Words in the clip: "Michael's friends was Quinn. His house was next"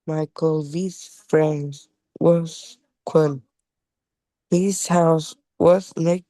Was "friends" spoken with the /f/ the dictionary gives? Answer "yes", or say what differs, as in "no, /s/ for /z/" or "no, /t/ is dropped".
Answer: yes